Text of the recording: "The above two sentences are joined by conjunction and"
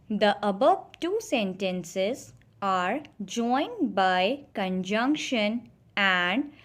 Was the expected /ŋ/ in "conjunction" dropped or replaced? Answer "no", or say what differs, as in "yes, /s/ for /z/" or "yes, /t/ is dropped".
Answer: no